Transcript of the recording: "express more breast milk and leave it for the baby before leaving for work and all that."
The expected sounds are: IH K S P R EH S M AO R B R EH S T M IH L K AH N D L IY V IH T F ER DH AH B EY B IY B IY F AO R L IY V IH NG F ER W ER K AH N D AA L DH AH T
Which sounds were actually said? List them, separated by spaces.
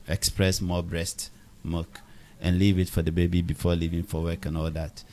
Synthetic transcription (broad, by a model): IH K S P R EH S M AO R B R EH S T M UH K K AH N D L IY V IH T F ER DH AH B EY B IY B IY F AO L IY V IH NG F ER W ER K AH N AA L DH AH T